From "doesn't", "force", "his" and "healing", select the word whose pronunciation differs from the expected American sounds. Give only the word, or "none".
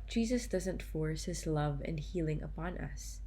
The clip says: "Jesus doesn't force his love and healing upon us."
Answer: none